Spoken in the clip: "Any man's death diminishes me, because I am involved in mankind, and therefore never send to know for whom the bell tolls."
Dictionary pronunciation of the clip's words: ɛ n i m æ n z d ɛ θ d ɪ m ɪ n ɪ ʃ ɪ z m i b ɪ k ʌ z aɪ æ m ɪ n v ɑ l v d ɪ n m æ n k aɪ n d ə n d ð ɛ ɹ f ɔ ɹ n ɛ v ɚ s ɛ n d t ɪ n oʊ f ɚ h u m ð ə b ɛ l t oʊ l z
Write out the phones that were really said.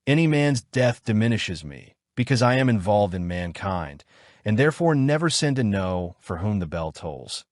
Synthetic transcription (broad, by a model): ɛ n i m æ n z d ɛ θ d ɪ m ɪ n ɪ ʃ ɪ z m i b ɪ k ʌ z aɪ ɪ m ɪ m v ɑ l v d ɪ n m æ n k aɪ n d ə n ð ɛ ɹ f ɔ ɹ n ɛ v ɚ s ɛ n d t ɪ n oʊ f ɚ h u m ð ə b ɛ l t oʊ l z